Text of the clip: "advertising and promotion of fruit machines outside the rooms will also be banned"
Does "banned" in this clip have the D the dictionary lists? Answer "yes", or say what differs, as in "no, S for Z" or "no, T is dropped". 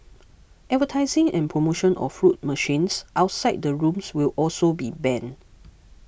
no, D is dropped